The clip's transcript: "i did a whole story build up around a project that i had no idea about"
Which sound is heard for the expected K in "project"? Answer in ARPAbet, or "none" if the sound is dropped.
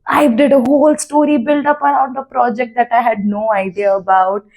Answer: K